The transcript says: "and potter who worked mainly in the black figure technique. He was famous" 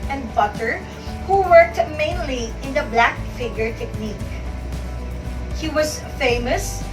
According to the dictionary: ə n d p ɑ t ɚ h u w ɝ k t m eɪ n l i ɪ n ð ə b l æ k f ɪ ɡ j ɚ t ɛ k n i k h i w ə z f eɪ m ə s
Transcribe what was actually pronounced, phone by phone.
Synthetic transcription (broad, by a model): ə n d b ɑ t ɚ h u w ɝ k t m eɪ n l i ɪ n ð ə b l æ k f ɪ ɡ j ɚ t ɛ k n i k h i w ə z f eɪ m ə s